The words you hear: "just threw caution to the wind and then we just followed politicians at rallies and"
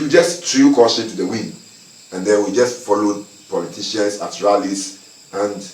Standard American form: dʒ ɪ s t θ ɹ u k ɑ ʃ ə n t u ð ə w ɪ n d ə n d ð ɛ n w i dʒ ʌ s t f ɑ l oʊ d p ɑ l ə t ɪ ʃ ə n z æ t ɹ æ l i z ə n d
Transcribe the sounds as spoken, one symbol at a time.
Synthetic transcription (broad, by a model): dʒ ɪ s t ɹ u k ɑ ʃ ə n t u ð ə w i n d ə n d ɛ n w i dʒ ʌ s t f ɑ l oʊ d p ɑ l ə t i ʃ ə n s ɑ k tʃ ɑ l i s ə n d